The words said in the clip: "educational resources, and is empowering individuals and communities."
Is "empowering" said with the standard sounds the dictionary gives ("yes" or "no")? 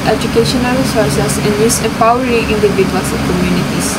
no